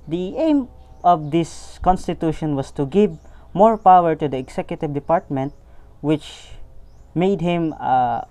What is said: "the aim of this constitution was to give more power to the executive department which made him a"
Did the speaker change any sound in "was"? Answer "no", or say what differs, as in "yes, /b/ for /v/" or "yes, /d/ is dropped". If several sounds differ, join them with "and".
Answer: yes, /s/ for /z/